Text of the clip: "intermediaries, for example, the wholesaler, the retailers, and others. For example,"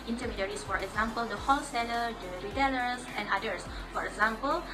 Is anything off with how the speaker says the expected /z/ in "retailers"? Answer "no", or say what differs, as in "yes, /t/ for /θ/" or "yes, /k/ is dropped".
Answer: yes, /s/ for /z/